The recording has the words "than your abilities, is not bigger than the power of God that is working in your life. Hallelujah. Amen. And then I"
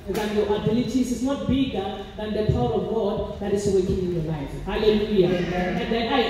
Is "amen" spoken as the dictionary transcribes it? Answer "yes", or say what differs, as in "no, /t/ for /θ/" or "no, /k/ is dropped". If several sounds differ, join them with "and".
no, /m/ is dropped